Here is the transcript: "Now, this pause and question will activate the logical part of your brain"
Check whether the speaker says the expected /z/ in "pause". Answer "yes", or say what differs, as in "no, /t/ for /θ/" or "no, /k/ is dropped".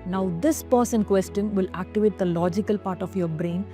no, /s/ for /z/